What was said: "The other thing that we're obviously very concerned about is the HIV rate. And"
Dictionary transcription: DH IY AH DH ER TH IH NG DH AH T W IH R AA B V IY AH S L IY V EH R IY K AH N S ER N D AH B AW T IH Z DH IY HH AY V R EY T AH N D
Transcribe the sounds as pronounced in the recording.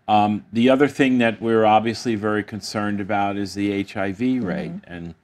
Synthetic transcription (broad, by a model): DH IY AH DH ER TH IH NG DH AH T W IH R AA B V IY AH S L IY V EH R IY K AH N S ER N D AH B AW T IH Z DH IY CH AY V R EY T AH N